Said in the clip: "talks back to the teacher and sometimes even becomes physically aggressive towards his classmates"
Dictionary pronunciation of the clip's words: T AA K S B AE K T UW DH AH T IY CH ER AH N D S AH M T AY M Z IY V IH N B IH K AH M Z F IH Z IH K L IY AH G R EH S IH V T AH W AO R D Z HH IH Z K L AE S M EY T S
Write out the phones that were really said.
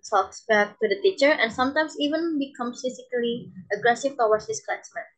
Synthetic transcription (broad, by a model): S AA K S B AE K T UW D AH T IY CH ER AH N S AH M T AY M S IY V IH N B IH K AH M S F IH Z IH K L IY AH G R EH S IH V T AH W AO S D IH S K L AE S M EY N